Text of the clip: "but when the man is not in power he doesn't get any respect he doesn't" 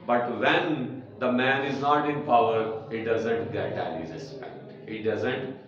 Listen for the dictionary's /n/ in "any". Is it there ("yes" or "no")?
no